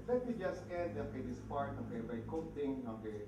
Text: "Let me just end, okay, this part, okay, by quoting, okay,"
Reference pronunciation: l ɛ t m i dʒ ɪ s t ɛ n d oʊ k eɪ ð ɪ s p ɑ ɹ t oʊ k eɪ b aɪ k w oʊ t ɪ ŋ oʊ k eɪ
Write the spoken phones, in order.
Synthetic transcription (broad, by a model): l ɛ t m i dʒ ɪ s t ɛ d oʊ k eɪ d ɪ s p ɑ ɹ t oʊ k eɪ b aɪ k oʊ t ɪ ŋ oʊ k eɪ